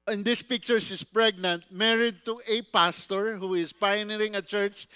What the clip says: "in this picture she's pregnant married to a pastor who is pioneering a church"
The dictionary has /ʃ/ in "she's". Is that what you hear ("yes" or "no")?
no